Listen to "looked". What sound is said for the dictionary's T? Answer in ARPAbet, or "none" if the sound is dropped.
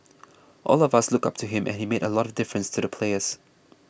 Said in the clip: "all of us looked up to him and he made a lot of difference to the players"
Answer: none